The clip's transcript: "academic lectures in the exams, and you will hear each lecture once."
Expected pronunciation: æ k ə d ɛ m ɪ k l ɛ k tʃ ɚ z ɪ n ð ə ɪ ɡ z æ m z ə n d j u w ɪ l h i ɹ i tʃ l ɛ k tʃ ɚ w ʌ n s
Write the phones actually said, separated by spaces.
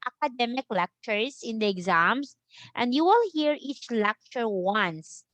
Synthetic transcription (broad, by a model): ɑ k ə d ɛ m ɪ k l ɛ k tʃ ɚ s ɪ n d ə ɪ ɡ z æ m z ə n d j u w ɪ l h i ɹ i tʃ l ɛ k tʃ ɚ w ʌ n s